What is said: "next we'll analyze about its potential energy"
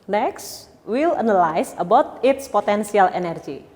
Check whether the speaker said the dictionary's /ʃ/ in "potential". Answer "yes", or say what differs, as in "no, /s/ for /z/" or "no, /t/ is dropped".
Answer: no, /s/ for /ʃ/